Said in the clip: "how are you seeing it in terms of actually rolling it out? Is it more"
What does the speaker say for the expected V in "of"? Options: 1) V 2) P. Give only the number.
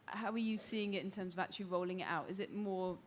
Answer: 1